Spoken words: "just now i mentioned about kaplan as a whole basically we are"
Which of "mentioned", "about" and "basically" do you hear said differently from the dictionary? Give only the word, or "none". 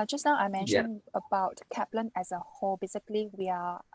mentioned